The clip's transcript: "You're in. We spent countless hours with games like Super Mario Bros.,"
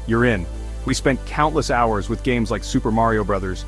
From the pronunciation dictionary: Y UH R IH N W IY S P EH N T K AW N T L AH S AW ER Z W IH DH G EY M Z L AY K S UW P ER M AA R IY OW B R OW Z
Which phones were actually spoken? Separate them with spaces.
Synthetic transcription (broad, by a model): Y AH R IH N W IY S P EH N K AW N T L AH S AW ER Z W IH DH G EY M Z L AY K S UW P ER M AA R IY OW B R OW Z